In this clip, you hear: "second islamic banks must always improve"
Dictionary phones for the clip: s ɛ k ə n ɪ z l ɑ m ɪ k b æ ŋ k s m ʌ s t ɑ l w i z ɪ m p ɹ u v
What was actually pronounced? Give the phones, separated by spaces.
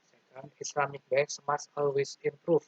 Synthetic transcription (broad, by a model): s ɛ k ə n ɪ s l ɑ m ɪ k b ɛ k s m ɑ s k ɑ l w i s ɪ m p ɹ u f